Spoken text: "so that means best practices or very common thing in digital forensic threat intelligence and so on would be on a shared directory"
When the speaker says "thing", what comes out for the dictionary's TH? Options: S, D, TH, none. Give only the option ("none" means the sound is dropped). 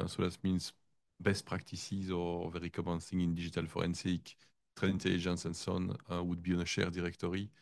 S